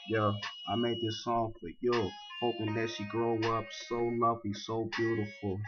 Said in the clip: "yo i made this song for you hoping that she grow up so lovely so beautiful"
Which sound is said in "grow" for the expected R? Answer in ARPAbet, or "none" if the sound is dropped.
R